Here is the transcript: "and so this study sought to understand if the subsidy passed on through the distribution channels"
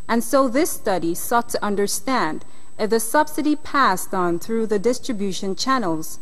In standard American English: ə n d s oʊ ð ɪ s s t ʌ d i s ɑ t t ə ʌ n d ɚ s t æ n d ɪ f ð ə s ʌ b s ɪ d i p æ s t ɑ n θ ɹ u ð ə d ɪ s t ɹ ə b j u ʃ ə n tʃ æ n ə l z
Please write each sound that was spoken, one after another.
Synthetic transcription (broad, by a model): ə n s oʊ ð ɪ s s t ʌ d i s ɑ t t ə ʌ n d ɚ s t æ n d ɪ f ð ə s ʌ b s ɪ d i p æ s t n θ ɹ u ð ə d ɪ s t ɹ ə b j u ʃ ə n tʃ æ n l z